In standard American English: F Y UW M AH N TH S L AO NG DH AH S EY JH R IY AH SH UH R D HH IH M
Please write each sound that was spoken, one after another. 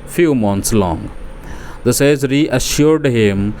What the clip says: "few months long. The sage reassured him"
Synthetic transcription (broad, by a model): F Y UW M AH N T S L AO NG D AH S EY Z R IY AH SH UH R D HH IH M